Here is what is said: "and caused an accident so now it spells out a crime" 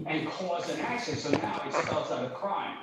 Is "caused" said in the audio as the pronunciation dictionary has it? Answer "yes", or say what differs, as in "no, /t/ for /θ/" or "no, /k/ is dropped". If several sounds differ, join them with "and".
no, /d/ is dropped